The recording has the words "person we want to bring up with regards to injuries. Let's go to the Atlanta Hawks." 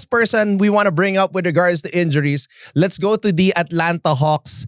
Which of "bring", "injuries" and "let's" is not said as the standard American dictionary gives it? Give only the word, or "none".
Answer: injuries